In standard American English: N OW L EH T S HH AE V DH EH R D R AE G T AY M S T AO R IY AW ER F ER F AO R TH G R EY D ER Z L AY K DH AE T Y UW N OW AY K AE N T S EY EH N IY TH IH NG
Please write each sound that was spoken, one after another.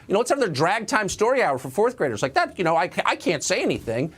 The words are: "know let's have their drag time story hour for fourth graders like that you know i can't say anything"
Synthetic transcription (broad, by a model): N OW W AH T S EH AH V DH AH R D R AE G T AY M S T AO R IY AW ER F ER F AO R TH G R EY D ER Z L AY K DH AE T Y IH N OW AY K AE N T S EY EH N IY TH IH NG